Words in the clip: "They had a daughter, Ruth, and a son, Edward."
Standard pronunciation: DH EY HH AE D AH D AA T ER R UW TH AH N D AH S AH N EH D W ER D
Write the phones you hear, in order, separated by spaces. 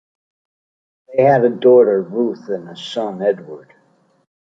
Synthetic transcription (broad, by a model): DH EY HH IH D AH D AA T ER R UW TH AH N AH S AH N EH D W ER D